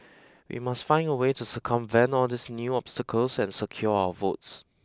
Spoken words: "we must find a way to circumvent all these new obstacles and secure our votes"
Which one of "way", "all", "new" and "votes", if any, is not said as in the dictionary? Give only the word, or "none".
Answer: none